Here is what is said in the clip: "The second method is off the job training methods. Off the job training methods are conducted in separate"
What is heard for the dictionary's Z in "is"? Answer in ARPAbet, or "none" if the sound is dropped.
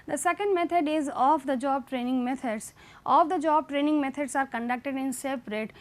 Z